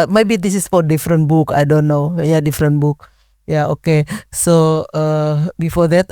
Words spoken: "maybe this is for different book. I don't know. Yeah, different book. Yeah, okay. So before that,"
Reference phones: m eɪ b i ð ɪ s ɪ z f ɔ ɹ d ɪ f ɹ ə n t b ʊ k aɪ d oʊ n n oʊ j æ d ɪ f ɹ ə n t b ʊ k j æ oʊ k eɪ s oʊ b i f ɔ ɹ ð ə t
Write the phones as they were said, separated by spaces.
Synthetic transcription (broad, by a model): m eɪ b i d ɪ s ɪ s f ɔ ɹ d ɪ f ɹ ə n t b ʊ k aɪ d oʊ n n oʊ j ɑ d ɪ f ɹ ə n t b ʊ k j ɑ oʊ k eɪ s oʊ b i f ɔ ɹ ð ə t